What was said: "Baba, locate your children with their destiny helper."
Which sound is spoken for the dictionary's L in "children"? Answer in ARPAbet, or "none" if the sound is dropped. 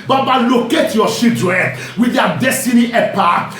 none